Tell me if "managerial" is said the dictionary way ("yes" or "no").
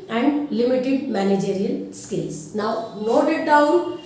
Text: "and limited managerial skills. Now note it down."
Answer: no